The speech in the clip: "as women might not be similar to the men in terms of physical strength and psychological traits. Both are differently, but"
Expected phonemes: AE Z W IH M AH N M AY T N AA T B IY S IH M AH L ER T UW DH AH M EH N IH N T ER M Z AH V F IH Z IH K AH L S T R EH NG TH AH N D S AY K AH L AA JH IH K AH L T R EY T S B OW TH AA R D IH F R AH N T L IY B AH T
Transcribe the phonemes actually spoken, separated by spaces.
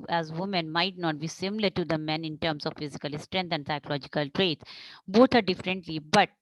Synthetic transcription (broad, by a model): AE Z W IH M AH N M AY T N AA T B IY S IH M AH L ER T UW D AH M EH N IH N T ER M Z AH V F IH Z IH K AH L S T R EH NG T AH N D S AY K AH L AA JH IH K AH L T R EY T B OW T AA R D IH F R AH N T L IY B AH T